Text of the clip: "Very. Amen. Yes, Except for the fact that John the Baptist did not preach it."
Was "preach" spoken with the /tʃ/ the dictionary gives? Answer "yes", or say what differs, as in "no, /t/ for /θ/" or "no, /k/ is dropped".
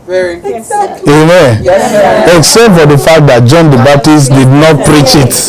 yes